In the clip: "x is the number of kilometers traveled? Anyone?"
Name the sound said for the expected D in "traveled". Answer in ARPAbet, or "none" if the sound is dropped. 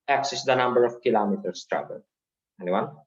none